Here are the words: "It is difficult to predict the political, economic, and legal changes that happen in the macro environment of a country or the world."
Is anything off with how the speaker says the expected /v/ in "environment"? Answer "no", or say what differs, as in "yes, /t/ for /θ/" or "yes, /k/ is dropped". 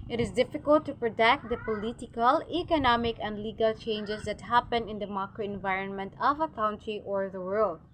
no